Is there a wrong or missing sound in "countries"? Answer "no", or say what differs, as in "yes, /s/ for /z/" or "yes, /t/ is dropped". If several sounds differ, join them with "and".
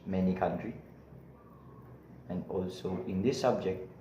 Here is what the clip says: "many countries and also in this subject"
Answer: yes, /z/ is dropped